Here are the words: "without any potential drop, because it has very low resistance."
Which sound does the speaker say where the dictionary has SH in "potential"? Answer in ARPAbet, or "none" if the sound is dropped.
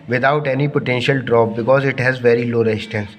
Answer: SH